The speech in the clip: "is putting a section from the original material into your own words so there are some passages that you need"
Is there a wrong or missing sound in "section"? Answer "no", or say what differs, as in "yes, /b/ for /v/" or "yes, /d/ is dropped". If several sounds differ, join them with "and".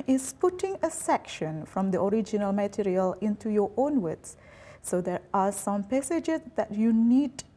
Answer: no